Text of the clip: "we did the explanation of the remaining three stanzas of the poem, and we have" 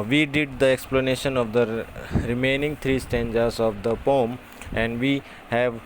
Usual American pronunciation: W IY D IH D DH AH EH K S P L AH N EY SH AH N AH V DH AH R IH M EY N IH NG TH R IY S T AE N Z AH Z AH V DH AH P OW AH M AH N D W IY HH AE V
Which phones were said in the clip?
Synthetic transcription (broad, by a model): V IY D IH D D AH EH K S P L AH N EY SH AH N AH V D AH R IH M EY N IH NG T R IY S T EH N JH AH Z AH V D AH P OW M AH N D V IY HH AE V